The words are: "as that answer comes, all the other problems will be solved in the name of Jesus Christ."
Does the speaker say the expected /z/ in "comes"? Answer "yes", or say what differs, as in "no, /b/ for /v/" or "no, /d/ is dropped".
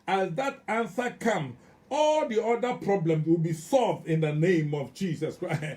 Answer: no, /z/ is dropped